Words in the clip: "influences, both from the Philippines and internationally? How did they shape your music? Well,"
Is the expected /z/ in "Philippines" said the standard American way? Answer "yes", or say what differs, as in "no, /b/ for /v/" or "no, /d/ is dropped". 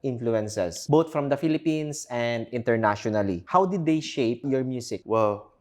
no, /s/ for /z/